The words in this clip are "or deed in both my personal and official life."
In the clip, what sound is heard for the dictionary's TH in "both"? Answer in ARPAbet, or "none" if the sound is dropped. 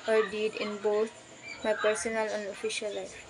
T